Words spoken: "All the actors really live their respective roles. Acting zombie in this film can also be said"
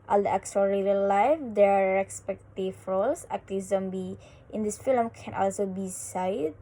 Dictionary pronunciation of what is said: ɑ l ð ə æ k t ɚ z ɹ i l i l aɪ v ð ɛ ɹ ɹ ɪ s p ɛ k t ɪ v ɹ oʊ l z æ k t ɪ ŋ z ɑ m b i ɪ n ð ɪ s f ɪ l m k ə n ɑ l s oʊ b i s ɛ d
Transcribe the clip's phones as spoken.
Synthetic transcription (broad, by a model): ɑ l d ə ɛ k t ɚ ɹ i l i l aɪ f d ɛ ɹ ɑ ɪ s p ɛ k t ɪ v ɹ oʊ l s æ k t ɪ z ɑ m b i ɪ n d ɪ s f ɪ l m k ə n ɑ l s oʊ b i s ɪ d